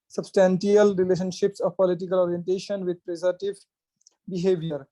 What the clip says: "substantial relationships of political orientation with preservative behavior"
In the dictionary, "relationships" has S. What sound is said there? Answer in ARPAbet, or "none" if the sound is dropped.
S